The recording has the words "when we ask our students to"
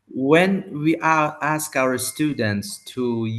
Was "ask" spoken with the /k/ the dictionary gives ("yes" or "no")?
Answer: yes